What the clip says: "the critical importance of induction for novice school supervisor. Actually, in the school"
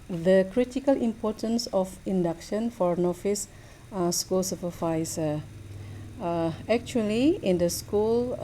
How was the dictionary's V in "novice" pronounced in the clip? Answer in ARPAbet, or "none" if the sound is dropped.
F